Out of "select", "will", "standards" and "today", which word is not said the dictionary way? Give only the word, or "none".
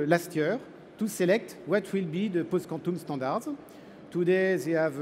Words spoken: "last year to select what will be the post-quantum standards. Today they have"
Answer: standards